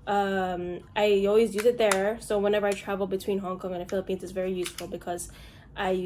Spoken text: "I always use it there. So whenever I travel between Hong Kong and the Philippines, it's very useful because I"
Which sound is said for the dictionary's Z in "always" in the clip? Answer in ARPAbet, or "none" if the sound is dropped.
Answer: Z